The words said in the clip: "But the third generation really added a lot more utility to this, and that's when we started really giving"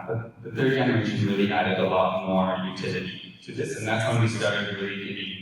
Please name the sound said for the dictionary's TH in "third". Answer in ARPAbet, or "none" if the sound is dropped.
TH